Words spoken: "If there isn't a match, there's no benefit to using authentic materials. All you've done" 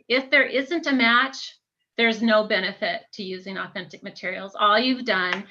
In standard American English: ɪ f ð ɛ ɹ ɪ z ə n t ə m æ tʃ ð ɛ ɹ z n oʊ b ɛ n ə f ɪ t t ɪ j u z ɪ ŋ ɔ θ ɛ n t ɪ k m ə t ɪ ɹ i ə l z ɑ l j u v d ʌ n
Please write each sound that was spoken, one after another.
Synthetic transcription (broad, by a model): ɪ f ð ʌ ɹ ɪ z ə n t ə m æ tʃ ð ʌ ɹ z n oʊ b ɛ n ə f ɪ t t ɪ j u z ɪ ŋ ɔ θ ɛ n t ɪ k m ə t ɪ ɹ i l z ɑ l j u v d ʌ n